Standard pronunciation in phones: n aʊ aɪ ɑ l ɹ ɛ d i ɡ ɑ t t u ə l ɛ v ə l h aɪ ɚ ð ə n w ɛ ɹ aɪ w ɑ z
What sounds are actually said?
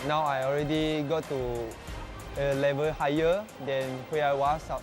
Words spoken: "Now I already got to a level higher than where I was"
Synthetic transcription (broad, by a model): n aʊ aɪ ɑ l ɹ ɛ d i ɡ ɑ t t u ə l ɛ v ə l h aɪ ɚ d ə n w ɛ aɪ w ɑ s